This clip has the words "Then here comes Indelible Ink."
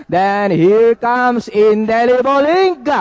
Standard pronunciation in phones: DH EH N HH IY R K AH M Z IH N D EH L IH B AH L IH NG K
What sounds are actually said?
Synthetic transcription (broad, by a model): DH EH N HH IY R K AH M S IH N D EH L IH B AH L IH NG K